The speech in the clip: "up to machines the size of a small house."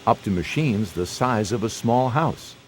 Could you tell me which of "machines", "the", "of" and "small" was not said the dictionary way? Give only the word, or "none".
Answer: none